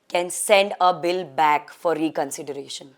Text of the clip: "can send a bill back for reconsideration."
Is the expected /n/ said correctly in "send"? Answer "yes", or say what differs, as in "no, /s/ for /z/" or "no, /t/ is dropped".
yes